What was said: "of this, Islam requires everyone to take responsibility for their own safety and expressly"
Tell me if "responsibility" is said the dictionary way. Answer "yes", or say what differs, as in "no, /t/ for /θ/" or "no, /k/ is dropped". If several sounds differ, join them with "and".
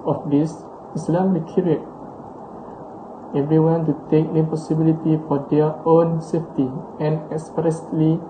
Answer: no, /s/ is dropped and /n/ is dropped